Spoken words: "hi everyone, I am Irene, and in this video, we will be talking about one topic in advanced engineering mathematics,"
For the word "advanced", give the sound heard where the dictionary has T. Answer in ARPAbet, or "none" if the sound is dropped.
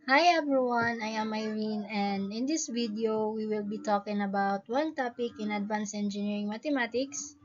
none